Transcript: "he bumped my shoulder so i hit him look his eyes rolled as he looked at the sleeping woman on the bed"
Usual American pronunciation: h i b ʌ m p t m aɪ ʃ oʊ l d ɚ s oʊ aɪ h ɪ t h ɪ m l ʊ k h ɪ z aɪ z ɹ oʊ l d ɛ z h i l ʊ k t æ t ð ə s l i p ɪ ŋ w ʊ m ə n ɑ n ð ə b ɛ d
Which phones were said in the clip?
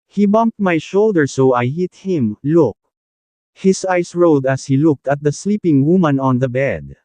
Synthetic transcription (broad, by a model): h i b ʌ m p t m aɪ ʃ oʊ l d ɚ s oʊ aɪ h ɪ t h ɪ m l ʊ k h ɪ s aɪ s ɹ oʊ d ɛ s h i l ʊ k t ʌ t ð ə s l i p ɪ ŋ w ʊ m ə n ɑ n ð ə b ɛ d